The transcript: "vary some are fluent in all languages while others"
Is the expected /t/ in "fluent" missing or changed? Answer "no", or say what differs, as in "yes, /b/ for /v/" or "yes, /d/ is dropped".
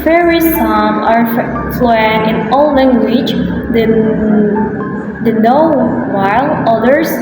yes, /t/ is dropped